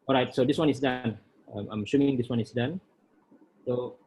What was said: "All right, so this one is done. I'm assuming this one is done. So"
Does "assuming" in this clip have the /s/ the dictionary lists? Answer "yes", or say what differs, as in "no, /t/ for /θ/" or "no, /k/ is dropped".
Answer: no, /ʃ/ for /s/